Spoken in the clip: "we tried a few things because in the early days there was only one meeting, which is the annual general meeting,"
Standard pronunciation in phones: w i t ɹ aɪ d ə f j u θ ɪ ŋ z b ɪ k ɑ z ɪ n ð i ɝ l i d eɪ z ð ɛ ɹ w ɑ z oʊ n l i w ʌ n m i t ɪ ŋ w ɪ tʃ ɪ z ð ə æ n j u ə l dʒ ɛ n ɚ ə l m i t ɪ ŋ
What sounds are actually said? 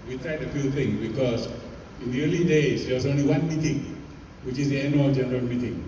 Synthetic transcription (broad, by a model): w i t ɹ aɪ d ə f j u t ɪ ŋ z b ɪ k ɑ z ɪ n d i ɝ l i d eɪ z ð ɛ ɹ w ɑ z oʊ n l i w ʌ n m i t ɪ ŋ w ɪ tʃ ɪ z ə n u dʒ ɛ n ɚ ə l m i t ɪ ŋ